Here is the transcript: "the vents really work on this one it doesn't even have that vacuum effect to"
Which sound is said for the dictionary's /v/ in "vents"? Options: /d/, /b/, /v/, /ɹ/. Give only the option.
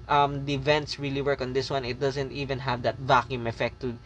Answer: /v/